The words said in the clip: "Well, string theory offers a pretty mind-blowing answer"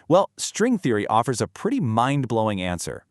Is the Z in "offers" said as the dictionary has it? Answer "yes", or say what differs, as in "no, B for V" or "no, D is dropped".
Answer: yes